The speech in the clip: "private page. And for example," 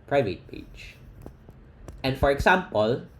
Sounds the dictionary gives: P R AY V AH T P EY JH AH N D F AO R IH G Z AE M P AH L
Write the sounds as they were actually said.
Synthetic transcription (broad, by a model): P R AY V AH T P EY CH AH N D F AO R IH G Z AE M P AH L